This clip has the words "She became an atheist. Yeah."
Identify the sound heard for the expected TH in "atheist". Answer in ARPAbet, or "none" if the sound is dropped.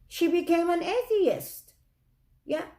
TH